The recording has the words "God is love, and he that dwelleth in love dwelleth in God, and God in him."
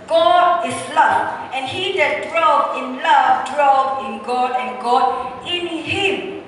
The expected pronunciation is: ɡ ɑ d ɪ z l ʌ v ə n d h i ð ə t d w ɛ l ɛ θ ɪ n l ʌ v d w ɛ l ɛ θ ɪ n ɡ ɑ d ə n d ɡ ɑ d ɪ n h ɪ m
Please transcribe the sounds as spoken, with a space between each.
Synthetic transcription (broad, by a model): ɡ ɑ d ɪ s l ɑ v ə n h i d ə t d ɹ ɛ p ɪ n l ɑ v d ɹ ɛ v ɪ n ɡ ɑ d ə n ɡ ɑ d ɪ n h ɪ m